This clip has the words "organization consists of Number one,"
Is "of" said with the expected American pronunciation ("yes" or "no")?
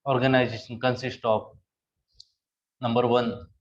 no